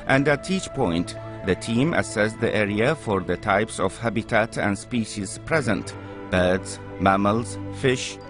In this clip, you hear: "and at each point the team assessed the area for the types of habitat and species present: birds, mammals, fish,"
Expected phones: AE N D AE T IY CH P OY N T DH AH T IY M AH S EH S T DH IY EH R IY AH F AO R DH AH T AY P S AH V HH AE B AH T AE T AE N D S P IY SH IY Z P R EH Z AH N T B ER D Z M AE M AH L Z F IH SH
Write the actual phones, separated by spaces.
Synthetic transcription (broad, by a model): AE N D AE T IY CH P OY N T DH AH T IY M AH S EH S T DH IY EH R IY AH F AO R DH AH T AY P S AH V HH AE B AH T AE T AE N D S P IY SH IY Z P R EH Z AH N T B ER D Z M AE M AH L Z F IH SH